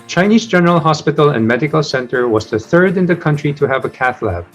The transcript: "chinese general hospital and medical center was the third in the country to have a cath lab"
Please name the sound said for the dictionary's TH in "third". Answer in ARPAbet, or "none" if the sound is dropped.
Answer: TH